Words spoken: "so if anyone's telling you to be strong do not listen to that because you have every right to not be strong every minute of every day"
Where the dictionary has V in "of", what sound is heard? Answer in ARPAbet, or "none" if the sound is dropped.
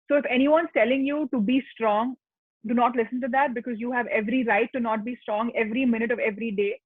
V